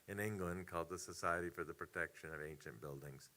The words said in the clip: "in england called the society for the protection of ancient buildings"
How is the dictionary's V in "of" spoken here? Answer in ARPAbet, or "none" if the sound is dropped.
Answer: V